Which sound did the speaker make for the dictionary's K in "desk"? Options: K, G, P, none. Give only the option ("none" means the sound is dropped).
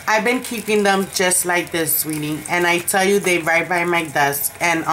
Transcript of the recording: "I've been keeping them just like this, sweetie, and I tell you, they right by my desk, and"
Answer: K